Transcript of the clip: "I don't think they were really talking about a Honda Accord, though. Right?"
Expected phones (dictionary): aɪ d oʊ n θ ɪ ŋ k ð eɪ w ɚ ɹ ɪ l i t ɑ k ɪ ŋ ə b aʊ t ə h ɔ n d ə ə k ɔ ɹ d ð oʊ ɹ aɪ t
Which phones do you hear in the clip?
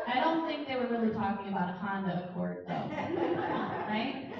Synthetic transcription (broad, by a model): aɪ d oʊ n θ ɪ ŋ k ð eɪ w ɚ ɹ ɪ l i t ɑ k ɪ ŋ ə b aʊ t ə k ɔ n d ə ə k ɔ ɹ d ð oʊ ɹ aɪ t